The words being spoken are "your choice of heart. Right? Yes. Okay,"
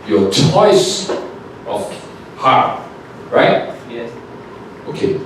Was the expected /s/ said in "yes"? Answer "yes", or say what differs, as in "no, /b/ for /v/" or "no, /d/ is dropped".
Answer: no, /s/ is dropped